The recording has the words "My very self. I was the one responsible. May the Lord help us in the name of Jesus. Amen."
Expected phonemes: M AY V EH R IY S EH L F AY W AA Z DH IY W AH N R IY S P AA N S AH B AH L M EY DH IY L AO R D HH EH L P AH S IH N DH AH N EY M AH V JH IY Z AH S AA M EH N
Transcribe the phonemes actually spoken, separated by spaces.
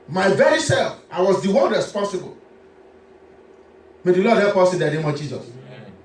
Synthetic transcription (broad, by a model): M AY V EH R IY S EH L F AY W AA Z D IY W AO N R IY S P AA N S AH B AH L M EY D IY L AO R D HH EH P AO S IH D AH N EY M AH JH IY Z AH S